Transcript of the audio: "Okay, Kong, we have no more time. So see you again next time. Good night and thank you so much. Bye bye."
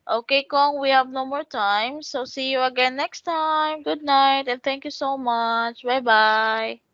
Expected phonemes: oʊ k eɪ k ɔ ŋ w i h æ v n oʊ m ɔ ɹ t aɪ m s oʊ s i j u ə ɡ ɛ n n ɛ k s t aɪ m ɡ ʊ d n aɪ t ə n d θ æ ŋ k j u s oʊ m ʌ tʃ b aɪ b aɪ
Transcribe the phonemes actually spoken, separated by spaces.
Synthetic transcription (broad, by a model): oʊ k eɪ k ɔ ŋ w i h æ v n oʊ m ɔ ɹ t aɪ m s oʊ s i j u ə ɡ ɛ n n ɛ k s t aɪ m ɡ ʊ d n aɪ t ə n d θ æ ŋ k j u s oʊ m ʌ tʃ b aɪ b aɪ